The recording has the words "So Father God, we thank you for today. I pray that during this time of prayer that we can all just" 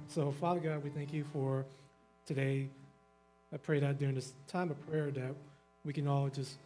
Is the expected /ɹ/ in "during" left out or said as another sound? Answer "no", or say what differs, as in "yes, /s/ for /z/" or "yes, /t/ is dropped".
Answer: no